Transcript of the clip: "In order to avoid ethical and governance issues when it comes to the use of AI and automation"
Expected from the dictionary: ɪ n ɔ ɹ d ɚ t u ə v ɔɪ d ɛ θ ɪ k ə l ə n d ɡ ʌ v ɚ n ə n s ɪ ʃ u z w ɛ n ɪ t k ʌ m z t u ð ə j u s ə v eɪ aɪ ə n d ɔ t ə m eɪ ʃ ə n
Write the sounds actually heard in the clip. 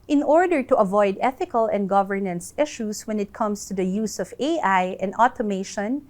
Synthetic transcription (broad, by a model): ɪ n ɔ ɹ d ɚ t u ə v ɔɪ d ɛ θ ɪ k ə l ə n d ɡ ʌ v ɚ n ə n s ɪ ʃ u s w ɛ n ɪ t k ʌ m s t u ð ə j u s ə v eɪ aɪ ə n d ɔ t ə m eɪ ʃ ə n